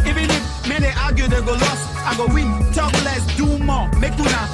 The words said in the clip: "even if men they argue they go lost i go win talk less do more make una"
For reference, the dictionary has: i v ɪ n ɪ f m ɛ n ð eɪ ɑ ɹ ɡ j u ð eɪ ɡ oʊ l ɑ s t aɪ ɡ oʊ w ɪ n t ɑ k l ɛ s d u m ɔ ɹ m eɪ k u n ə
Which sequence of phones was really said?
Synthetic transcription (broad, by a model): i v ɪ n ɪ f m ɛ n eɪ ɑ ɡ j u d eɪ ɡ oʊ l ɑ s aɪ ɡ oʊ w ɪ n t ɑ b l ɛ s d u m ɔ m eɪ k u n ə